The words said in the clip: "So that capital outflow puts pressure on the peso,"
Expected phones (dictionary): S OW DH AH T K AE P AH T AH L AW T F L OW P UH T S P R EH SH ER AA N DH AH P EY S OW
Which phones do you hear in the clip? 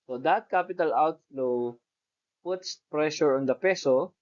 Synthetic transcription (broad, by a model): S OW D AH T K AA P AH T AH L AW T F L OW P UH T S P R EH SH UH AA N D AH P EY S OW